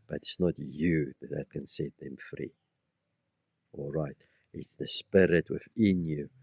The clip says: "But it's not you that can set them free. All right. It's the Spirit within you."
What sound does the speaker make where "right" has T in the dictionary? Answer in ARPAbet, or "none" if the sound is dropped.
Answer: T